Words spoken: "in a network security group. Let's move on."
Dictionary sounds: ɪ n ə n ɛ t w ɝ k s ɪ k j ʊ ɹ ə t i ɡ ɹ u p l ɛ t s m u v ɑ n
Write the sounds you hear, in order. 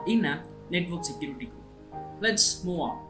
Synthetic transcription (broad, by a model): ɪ n ə n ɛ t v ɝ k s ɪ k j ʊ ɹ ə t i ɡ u l ɛ t s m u ɑ